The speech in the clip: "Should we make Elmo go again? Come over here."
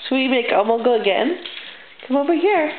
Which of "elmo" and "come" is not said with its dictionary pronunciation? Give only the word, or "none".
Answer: elmo